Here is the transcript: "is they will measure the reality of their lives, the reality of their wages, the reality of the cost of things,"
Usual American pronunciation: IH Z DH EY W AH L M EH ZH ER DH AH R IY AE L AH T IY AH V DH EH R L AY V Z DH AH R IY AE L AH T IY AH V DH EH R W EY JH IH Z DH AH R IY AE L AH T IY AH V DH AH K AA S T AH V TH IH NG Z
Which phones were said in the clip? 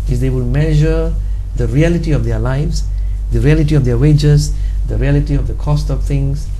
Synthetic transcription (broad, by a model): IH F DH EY W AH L M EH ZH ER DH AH R IY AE L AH T IY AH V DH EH L AY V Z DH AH R IY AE L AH T IY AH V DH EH W EY JH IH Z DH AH R IY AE L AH T IY AH V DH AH K AA S T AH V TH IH NG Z